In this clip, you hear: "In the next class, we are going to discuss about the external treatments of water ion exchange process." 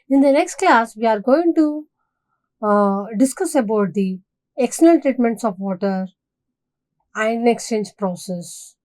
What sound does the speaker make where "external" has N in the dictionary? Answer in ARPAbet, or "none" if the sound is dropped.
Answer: L